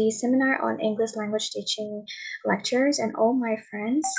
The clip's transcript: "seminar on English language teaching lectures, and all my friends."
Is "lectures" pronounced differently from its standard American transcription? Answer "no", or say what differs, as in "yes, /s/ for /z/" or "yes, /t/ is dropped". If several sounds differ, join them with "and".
no